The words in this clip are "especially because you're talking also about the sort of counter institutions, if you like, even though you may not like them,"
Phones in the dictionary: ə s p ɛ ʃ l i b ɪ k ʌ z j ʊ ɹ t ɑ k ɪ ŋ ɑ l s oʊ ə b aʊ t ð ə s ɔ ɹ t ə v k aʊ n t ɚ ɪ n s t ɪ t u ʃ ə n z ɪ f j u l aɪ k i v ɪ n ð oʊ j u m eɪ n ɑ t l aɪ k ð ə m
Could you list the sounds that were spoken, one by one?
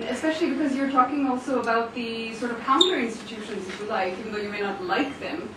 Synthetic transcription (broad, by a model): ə s p ɛ ʃ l i b ɪ k ʌ z j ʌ ɹ t ɑ k ɪ ŋ ɑ l s oʊ ə b aʊ t ð ə s ɔ ɹ t ə v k aʊ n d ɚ ɪ n s t ɪ t u ʃ ə n z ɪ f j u l aɪ k i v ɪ n ð oʊ j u m eɪ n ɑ t l aɪ k ð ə m